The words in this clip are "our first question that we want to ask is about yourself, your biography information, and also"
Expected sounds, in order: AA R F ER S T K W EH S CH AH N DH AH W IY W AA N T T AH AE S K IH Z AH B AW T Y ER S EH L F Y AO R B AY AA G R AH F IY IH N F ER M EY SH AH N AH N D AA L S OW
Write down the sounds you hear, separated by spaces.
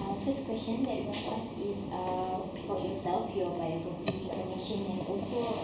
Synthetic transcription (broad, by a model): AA F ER S K W EH S CH AH N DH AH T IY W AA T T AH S IH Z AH AW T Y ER S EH L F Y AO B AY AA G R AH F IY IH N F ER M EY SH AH N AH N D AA L S OW